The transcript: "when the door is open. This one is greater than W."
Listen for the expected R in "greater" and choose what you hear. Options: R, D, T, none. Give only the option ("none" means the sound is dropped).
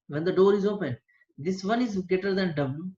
none